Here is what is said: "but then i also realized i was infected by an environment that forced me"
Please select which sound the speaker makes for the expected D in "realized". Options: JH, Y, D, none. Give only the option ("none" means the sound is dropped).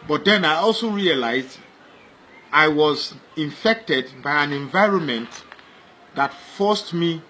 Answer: D